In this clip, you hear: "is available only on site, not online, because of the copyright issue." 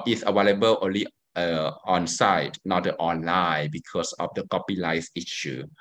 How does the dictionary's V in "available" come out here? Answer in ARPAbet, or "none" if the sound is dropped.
W